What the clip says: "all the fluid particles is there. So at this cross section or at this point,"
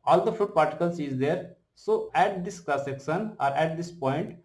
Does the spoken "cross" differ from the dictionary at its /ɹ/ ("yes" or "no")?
yes